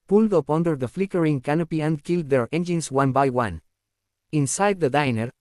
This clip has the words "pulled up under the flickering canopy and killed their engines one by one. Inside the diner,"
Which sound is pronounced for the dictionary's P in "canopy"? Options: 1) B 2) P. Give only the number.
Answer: 2